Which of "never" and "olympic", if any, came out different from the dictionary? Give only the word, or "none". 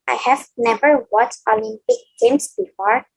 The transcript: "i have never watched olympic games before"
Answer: none